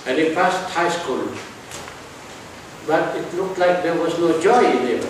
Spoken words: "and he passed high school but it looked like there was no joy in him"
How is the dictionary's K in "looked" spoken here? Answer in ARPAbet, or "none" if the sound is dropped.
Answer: K